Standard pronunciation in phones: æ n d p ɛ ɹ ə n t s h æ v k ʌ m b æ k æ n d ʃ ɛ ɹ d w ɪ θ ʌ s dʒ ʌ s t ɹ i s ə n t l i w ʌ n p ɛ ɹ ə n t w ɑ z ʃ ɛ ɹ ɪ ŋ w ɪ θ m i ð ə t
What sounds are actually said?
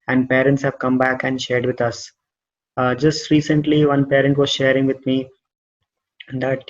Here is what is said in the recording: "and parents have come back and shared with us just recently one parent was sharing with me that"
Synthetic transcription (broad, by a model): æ n d p ɛ ɹ ə n t s h æ v k ʌ m b æ k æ n d ʃ ɛ ɹ d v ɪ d ʌ s dʒ ʌ s t ɹ i s ə n t l i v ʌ n p ɛ ɹ ə n t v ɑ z ʃ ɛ ɹ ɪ ŋ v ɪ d m i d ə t